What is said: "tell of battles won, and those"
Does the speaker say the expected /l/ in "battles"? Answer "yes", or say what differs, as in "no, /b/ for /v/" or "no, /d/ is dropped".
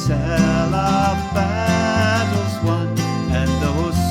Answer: no, /l/ is dropped